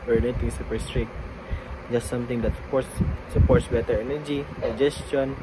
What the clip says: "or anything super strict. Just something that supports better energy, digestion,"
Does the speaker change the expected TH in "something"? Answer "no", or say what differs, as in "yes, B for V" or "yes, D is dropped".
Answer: yes, T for TH